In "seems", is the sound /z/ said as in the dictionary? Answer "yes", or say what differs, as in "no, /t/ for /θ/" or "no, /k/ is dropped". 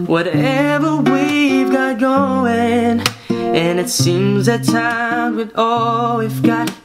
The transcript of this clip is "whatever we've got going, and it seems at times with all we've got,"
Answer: yes